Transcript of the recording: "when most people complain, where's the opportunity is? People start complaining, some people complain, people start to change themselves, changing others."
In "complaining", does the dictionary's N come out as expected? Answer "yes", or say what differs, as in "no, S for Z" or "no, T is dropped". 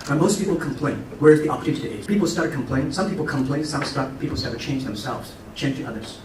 no, N is dropped